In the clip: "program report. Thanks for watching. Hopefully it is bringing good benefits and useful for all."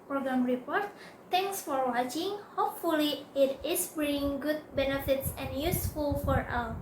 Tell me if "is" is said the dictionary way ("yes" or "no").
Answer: no